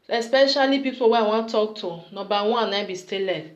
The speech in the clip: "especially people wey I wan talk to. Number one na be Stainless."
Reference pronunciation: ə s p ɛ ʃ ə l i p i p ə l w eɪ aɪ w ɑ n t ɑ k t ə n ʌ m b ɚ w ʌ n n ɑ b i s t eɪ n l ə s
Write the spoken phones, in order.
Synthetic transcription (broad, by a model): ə s p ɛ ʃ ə l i p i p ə w eɪ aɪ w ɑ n t ɑ k t ə n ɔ b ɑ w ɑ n n ɑ b i s t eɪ l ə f